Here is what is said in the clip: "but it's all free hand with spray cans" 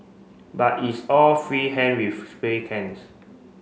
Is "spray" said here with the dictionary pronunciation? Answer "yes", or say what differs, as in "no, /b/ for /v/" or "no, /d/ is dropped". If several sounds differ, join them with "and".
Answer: no, /ɹ/ is dropped